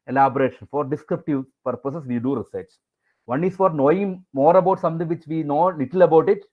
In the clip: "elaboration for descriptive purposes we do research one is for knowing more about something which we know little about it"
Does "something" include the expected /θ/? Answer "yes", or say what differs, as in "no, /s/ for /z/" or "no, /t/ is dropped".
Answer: no, /t/ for /θ/